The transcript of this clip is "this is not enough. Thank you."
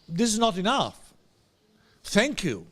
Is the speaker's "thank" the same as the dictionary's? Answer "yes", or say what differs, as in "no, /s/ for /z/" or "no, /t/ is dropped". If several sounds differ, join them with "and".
yes